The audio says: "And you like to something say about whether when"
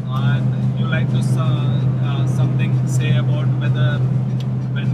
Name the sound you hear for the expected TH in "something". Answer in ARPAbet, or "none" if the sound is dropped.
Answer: T